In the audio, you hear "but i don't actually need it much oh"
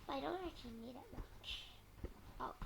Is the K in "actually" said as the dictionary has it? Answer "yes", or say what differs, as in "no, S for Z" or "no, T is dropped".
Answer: no, K is dropped